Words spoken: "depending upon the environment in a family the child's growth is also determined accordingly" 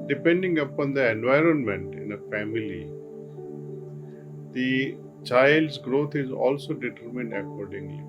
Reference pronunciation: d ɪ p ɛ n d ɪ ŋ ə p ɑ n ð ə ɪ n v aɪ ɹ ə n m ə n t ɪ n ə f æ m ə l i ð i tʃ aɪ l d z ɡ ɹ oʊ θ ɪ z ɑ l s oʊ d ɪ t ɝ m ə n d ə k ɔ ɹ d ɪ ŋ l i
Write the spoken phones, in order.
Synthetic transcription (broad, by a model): d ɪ p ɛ n d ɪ ŋ ə p ɑ n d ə ɪ n v aɪ ɹ ə n m ə n t ɪ n ə f æ m ə l i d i tʃ aɪ l d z ɡ ɹ oʊ t ɪ z ɑ l s oʊ d ɪ t ɝ m ə n d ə k ɔ ɹ d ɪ ŋ l i